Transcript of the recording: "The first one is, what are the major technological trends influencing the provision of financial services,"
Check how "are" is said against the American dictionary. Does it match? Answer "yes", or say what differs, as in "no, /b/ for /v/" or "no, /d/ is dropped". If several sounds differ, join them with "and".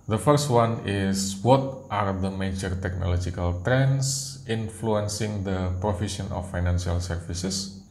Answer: yes